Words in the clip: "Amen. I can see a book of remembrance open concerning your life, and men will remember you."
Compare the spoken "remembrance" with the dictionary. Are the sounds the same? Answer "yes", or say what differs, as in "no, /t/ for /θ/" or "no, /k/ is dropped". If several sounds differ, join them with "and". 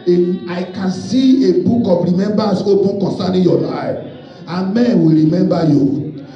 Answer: no, /ɹ/ is dropped and /n/ is dropped